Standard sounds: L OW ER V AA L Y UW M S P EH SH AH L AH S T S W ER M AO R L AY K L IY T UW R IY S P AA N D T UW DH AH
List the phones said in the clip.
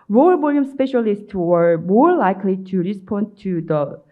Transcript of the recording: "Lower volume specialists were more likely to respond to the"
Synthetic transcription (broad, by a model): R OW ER B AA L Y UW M S P EH SH AH L AH S T S W ER M AO R L AY K L IY T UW R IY S P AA N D T UW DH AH